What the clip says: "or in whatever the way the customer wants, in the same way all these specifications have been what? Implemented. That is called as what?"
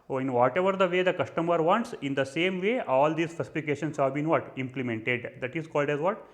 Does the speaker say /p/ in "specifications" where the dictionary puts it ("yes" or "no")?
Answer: no